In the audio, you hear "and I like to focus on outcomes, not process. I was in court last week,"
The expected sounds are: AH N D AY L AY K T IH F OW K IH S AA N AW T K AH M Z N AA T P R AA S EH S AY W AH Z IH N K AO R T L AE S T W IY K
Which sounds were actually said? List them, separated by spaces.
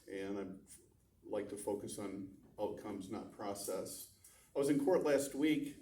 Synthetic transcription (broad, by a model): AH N AY L AY K T IH F OW K IH S N AW T K AH M Z N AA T P R AA S EH S AY W AH Z IH N K AO R T L AE S T W IY K